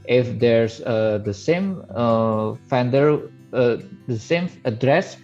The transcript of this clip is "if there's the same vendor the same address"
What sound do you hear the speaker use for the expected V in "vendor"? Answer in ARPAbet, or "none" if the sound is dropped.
F